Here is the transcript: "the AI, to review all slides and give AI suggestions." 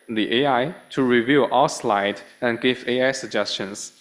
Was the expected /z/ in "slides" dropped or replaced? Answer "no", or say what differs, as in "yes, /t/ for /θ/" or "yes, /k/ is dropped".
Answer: yes, /z/ is dropped